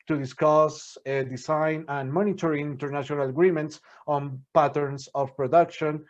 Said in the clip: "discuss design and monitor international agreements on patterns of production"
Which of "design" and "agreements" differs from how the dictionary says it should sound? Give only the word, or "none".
design